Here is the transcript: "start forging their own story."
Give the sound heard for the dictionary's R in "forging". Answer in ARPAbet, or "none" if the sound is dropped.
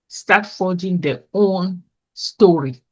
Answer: L